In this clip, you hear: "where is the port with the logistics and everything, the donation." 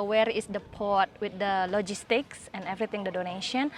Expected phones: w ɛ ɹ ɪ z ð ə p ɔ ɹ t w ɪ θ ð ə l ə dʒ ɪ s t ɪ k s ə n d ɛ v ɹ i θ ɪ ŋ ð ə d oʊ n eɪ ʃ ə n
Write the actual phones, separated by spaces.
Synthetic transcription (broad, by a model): w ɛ ɹ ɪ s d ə p ɔ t w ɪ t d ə l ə dʒ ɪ s t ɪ k s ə n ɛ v ɹ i t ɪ ŋ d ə d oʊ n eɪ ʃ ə n